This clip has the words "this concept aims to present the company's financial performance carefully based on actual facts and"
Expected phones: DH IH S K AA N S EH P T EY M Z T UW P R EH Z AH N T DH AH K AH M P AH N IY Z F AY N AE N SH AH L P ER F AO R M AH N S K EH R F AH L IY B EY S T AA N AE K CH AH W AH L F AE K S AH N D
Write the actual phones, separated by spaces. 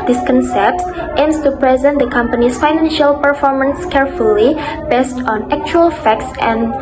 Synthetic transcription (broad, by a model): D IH S K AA N S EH P T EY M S T UW P R EH Z AH N T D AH K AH M P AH N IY S F AY N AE N SH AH L P ER F AO R M AH N S K EH R F AH L IY B EY S T AA N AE K CH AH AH L F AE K S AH N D